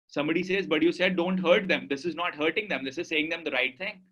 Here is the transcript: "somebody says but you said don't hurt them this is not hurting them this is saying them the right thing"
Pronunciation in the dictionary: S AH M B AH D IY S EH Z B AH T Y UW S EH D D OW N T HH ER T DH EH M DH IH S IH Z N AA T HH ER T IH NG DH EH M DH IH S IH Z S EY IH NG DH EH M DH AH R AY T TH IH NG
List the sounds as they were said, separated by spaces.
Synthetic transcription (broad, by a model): S AH M B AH D IY S EH Z B AH T Y UW S EH D D OW N T HH ER T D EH M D IH S IH Z N AA T HH ER T IH NG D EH M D IH S IH Z S EY IH NG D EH M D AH R AY T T IH NG